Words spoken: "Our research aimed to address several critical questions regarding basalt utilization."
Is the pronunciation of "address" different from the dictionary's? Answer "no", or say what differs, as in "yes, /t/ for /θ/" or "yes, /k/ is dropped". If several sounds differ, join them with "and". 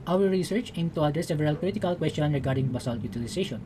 yes, /ɹ/ is dropped